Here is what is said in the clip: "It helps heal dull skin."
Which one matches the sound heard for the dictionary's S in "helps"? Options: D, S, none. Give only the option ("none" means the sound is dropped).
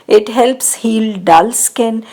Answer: S